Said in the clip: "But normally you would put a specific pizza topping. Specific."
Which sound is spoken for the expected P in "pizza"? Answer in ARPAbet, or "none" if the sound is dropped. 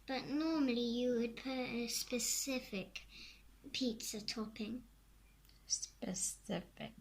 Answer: P